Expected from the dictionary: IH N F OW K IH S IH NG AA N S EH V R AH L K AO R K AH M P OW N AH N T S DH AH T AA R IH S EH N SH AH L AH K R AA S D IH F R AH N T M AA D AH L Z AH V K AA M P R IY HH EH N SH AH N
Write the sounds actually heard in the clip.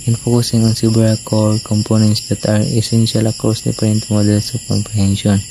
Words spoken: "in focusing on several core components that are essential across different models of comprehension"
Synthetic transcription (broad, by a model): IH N F OW K IH S IH NG AA N S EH B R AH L K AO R K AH M P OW N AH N T S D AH T AA R IH S EH N SH AH L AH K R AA S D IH P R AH N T M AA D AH L S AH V K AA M P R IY HH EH N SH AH N